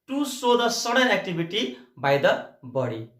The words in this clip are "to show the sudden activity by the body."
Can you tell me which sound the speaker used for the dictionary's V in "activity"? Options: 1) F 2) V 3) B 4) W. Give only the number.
3